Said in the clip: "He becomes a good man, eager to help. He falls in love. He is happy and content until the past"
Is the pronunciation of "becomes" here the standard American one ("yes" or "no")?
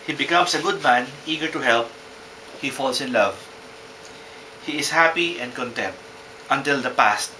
no